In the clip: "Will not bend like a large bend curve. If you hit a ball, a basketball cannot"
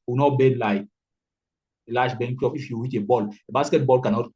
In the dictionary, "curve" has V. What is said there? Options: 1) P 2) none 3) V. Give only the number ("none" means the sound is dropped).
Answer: 1